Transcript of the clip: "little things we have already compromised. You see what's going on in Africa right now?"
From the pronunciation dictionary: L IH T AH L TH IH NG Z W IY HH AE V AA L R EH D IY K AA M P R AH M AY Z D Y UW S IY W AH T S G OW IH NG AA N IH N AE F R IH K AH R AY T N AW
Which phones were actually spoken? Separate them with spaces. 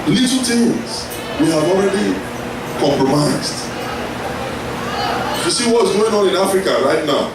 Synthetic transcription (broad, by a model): L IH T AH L T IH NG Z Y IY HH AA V AA L R EH D IY K AA M P R AH M AY Z D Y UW S IY W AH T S G OW IH NG AA N IH N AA F R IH K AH R AY T N AW